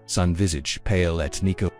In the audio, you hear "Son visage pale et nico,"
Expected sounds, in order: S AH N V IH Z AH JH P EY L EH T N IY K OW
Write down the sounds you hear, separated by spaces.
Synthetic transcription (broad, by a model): S AH N V IH Z AH JH P EY L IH T N IY K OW